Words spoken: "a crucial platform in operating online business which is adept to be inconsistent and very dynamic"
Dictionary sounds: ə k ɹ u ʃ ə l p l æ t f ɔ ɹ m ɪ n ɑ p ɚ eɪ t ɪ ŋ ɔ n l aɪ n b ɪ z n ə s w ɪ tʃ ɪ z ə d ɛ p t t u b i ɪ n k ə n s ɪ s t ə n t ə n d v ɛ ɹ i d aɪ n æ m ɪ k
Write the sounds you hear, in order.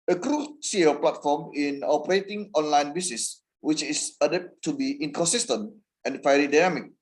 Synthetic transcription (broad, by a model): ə k ɹ u s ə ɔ p l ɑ t f ɔ m ɪ n ɑ p ɚ eɪ t ɪ ŋ ɔ n l aɪ n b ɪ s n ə s w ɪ tʃ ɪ s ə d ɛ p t t u b i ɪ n k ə n s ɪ s t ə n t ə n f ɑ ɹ i d aɪ n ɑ m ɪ k